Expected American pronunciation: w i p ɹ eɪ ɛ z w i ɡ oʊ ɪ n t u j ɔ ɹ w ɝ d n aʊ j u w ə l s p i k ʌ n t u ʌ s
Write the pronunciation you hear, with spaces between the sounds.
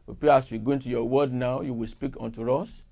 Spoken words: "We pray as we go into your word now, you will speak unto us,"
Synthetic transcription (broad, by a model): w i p eɪ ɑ s w i ɡ oʊ ɪ n t u j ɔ w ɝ d n aʊ j u w ə l s p i k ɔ n t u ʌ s